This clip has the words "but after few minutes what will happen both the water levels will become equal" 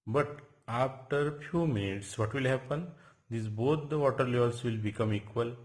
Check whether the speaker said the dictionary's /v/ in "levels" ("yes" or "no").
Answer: no